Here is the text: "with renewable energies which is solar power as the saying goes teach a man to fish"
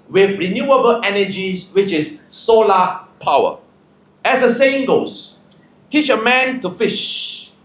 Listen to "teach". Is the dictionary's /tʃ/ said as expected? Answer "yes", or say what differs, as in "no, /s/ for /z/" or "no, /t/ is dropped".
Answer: yes